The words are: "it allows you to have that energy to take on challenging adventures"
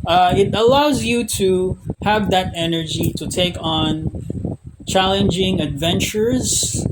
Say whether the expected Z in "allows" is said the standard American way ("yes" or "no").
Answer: yes